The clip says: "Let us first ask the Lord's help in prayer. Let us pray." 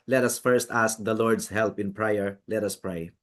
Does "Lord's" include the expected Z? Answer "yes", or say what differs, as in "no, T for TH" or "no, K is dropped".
no, S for Z